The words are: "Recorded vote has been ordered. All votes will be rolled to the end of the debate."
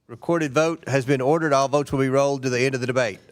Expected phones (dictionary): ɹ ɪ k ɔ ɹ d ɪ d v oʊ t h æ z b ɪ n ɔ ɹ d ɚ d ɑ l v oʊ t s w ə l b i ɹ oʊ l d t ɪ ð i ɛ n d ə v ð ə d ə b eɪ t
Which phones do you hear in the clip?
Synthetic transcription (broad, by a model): ɹ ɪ k ɔ ɹ d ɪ d v oʊ t h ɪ z b ɪ n ɔ ɹ d ɚ d ɑ l v oʊ t s w ə l b i ɹ oʊ l d t ɪ ð i ɛ n d ə v ð ə d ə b eɪ t